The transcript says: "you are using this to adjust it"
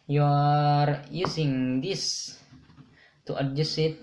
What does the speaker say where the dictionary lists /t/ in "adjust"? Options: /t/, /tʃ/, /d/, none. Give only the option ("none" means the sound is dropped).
none